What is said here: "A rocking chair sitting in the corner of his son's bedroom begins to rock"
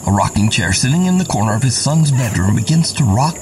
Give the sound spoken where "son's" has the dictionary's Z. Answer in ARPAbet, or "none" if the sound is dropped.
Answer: Z